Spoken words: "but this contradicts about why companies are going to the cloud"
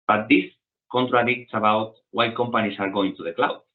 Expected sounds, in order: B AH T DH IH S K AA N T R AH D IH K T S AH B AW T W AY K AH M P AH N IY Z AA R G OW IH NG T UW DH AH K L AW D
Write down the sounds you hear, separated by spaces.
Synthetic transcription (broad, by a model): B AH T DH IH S K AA N T R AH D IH K T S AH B AW T W AY K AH M P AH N IY S AA R G OW IH NG T UW DH AH K L AW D